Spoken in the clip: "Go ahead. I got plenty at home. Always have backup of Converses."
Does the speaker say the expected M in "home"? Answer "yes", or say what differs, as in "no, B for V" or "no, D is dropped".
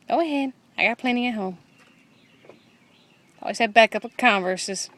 yes